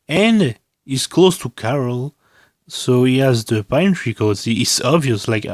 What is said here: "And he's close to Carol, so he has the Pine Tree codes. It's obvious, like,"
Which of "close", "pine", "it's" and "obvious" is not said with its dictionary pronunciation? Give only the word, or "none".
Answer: none